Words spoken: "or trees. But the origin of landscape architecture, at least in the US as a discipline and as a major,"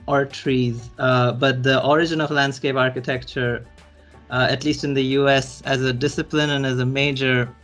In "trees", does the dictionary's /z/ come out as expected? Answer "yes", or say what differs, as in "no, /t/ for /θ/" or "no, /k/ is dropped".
yes